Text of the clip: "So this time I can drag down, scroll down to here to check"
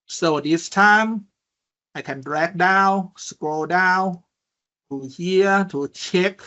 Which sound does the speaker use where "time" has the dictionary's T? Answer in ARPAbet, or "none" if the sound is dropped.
T